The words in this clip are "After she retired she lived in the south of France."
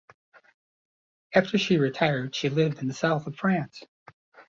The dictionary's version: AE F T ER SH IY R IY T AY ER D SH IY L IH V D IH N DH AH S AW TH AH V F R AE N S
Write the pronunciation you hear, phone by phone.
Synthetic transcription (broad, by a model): AE F T ER SH IY R IY T AY ER D SH IY L IH V D IH N DH AH S AW TH AH V F R AE N S